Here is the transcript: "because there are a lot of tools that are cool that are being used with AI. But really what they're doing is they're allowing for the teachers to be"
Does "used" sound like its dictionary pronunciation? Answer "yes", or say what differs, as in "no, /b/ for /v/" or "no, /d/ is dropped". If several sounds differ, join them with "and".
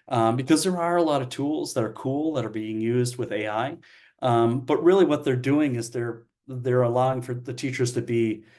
yes